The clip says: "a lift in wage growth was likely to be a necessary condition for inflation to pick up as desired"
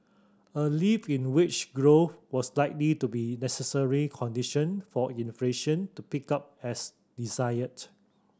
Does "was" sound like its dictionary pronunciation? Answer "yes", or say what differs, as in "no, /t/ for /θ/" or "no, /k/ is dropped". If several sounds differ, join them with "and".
no, /s/ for /z/